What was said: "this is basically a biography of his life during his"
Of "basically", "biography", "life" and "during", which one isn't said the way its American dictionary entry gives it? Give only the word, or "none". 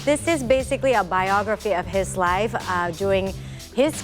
during